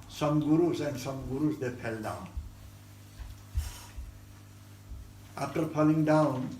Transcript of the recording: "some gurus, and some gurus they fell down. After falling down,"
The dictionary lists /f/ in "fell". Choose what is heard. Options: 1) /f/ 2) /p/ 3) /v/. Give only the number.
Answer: 2